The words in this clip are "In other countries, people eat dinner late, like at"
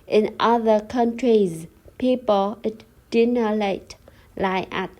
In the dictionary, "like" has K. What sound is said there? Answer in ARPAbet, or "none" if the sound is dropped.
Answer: none